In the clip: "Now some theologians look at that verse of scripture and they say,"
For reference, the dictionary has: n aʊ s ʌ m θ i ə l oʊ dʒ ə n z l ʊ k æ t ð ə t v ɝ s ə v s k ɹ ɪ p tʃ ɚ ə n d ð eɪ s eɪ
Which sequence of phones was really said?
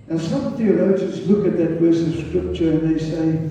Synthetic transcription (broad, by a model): n s ʌ m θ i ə l oʊ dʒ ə n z l ʊ k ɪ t ð ə t w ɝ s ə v s k ɹ ɪ p tʃ ɚ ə n ð eɪ s eɪ